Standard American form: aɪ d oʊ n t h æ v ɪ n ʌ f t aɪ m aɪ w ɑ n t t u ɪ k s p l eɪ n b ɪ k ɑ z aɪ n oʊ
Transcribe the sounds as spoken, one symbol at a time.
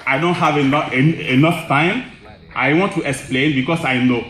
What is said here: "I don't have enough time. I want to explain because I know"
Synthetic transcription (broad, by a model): aɪ d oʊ n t h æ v ɪ n ʌ f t aɪ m aɪ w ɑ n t t u ɪ k s p l eɪ n b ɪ k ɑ s aɪ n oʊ